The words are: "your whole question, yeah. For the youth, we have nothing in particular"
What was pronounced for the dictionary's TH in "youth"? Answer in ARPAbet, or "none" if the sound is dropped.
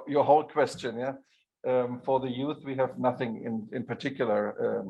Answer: TH